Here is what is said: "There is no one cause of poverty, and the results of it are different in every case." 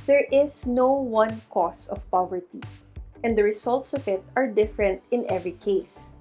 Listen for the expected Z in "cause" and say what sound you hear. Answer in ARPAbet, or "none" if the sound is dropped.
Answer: S